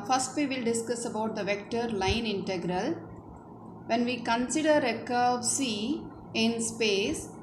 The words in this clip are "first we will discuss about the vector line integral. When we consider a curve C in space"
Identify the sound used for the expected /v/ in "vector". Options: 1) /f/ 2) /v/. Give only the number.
2